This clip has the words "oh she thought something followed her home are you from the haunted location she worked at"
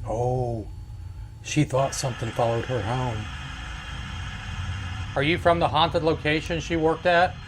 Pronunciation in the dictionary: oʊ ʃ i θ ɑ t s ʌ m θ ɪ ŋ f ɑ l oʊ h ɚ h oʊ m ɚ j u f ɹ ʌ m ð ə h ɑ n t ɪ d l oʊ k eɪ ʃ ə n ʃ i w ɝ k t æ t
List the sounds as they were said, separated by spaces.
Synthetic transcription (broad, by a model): oʊ ʃ i θ ɑ t s ʌ m θ ɪ ŋ f ɑ l oʊ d ɚ h oʊ m ɚ j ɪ f ɹ ʌ m ð ə h ɑ n t ɪ d l oʊ k eɪ ʃ ə n ʃ i w ɝ k t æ t